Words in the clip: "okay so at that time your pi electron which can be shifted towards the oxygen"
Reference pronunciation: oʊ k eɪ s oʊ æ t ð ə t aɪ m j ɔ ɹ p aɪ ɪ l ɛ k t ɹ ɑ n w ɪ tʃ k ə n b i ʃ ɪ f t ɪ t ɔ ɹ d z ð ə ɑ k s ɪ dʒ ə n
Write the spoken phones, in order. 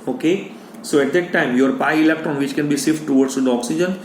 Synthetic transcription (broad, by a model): oʊ k eɪ s oʊ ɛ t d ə t aɪ m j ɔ ɹ p aɪ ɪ l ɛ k t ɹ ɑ n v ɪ tʃ k ə n b i s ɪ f t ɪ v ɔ ɹ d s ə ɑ k s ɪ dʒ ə n